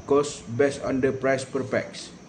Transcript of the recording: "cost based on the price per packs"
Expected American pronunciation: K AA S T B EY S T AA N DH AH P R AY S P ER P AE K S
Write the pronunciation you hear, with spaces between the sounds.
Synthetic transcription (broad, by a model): K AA S B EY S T AA N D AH P R AY S P ER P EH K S